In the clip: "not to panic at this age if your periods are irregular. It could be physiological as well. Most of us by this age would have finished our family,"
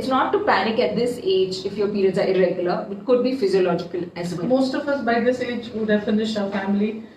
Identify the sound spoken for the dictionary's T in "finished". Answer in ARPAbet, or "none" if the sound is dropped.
none